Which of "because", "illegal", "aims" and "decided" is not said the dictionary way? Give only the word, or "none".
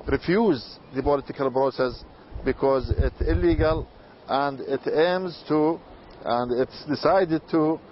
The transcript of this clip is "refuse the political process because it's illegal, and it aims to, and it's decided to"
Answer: none